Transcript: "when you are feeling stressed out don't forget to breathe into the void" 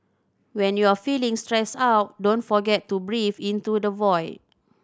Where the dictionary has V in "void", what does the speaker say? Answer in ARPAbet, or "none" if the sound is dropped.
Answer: V